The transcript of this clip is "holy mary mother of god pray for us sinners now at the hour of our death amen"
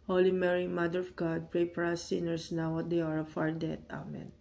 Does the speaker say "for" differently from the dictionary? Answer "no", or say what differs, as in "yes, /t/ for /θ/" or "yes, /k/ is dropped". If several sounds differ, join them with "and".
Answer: yes, /p/ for /f/